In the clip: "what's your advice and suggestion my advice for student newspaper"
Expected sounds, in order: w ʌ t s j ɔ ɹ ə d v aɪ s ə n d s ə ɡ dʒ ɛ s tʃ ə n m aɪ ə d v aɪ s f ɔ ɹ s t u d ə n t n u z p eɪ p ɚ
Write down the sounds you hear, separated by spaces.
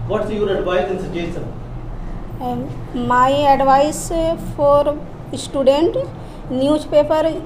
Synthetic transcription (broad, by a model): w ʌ t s j ɔ ɹ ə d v aɪ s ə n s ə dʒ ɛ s ə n m aɪ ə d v aɪ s f ɔ ɹ s t u d ə n t n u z p eɪ p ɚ